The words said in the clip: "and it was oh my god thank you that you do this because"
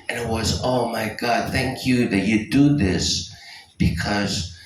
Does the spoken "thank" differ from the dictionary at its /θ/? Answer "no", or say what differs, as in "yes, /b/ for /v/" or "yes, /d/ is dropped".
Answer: no